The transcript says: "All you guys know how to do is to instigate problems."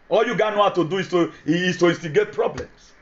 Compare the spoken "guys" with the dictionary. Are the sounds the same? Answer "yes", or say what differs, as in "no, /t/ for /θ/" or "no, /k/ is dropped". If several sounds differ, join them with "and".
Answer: no, /z/ is dropped